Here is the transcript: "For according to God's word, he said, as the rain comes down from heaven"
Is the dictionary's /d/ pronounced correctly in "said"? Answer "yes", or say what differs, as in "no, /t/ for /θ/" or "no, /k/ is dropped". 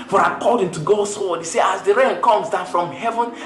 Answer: no, /d/ is dropped